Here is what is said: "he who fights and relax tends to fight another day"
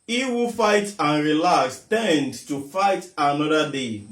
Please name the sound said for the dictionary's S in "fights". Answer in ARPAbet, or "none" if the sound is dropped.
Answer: none